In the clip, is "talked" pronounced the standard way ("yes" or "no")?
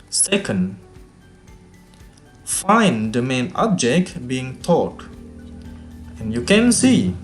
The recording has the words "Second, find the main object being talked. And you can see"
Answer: no